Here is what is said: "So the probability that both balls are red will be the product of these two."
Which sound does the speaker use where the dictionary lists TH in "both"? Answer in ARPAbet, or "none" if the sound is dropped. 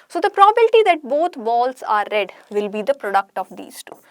T